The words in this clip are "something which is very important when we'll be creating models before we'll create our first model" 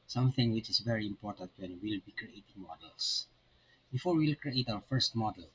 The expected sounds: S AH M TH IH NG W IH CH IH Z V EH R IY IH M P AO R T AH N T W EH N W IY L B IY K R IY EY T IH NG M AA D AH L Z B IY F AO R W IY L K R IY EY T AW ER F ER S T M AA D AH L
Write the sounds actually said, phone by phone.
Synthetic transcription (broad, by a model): S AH M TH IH NG W IH CH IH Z V EH R IY IH M P AO R T AH N T W EH N W IY L B IY K R IY EY T IH NG M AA D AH L S B IY F AO R W IY L K R IY EY T AW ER F ER S T M AA D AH L